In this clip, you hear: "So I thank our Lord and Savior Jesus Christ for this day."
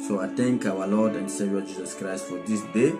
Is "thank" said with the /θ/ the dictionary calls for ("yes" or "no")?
no